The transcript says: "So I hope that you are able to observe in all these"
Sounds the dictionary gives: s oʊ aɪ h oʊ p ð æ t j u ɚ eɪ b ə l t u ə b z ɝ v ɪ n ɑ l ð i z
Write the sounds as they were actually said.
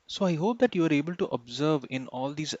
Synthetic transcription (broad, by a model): s oʊ aɪ h oʊ p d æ t j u ɚ eɪ b ə l t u ə b z ɝ v ɪ n ɑ l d i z